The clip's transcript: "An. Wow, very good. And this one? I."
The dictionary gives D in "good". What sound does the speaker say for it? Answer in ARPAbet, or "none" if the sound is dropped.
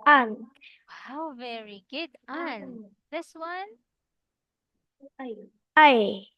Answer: D